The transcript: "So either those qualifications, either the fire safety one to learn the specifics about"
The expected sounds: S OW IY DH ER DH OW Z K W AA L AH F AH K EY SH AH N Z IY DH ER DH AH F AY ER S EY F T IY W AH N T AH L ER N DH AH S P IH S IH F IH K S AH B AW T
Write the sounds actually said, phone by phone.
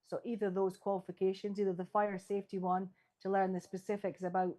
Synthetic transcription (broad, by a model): S OW IY DH ER DH OW Z K W AA L AH F AH K EY SH AH N Z IY DH ER DH AH F AY ER S EY F T IY W AH N T AH L ER N DH AH S P IH S IH F IH K S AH B AW T